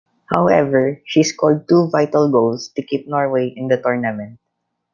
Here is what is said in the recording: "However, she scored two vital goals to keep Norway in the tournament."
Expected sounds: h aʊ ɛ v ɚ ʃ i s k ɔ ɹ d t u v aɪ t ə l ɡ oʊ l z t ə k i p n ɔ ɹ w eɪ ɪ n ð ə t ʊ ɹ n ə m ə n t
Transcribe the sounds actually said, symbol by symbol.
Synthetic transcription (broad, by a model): h aʊ ɛ v ɚ ʃ i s k ɔ l d t u v aɪ t ə l ɡ oʊ l s t ə k i p n ɔ ɹ w eɪ ɪ n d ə t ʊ ɹ n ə m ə n t